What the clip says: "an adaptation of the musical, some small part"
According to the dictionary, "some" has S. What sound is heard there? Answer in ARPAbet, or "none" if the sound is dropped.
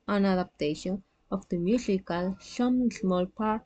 SH